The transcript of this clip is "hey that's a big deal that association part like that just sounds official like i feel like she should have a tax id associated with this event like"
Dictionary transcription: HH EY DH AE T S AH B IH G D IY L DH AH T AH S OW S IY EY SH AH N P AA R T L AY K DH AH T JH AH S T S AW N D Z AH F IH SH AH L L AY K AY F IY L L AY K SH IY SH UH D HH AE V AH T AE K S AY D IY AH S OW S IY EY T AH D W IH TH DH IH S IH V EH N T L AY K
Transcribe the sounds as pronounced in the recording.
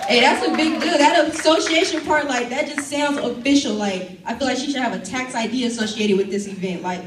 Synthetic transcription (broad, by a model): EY DH AE T S AH B IH G D IY L DH AH T AH S OW S IY EY SH AH N P AA R T L AY K DH AH T JH AH S T S AW N D Z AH F IH SH L L AY K AY F IY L L AY K SH IY SH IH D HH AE V AH T AE K S AY D IY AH S OW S IY EY T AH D W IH DH IH S IH V EH N T L AY K